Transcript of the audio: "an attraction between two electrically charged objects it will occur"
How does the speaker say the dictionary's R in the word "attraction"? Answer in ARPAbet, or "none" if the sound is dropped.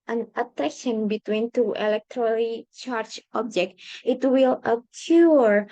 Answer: none